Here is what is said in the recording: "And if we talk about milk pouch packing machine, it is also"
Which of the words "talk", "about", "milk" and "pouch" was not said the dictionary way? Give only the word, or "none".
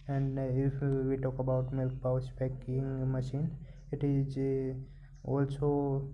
pouch